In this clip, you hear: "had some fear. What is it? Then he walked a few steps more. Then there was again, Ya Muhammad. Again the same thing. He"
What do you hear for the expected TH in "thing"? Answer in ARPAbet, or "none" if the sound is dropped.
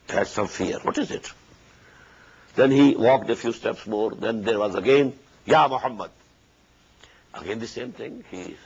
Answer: T